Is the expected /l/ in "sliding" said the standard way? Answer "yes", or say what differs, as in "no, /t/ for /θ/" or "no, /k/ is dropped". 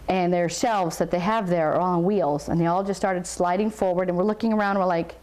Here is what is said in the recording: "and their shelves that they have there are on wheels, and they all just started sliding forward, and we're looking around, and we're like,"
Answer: yes